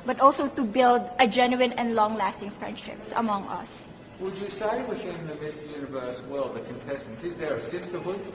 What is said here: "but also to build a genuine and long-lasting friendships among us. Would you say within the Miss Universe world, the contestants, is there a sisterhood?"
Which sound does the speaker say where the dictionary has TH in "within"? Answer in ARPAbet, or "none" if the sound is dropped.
F